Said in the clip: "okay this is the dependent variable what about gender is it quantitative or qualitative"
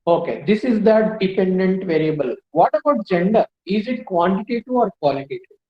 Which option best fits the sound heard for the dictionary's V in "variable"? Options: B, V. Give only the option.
V